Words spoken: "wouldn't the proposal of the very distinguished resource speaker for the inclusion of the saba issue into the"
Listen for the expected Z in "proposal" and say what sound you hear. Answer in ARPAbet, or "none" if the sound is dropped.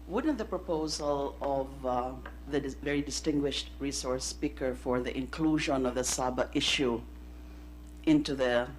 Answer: Z